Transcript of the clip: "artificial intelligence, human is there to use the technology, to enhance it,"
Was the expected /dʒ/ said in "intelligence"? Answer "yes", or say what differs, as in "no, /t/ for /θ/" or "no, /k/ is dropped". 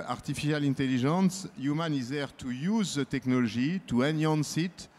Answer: no, /ʒ/ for /dʒ/